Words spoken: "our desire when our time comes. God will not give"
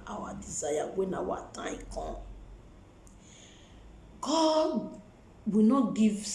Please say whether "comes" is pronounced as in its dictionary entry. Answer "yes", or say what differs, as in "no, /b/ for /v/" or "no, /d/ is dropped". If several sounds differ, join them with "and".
no, /z/ is dropped